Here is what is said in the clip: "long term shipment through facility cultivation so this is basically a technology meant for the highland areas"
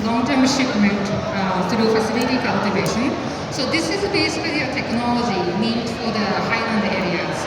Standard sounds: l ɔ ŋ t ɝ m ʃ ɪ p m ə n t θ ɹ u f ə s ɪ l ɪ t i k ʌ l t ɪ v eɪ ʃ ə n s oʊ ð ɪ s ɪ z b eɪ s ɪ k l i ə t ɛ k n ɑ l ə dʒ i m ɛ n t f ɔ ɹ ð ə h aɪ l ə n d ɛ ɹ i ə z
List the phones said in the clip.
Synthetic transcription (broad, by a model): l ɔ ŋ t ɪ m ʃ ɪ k m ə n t t ɹ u f ə s ɪ l ɪ t i k ʌ l t ɪ v eɪ ʃ ə n s oʊ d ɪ s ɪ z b eɪ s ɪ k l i ə t ɛ k n ɑ l ə dʒ i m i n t f ɔ ɹ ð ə h aɪ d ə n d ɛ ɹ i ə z